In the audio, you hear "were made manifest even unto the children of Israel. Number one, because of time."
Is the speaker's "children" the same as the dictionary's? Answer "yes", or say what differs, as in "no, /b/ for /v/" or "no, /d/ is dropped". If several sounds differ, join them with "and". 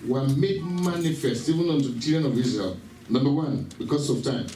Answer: no, /l/ is dropped